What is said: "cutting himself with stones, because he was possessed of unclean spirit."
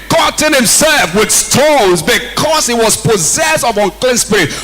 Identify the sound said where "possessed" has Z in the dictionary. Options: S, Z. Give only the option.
Z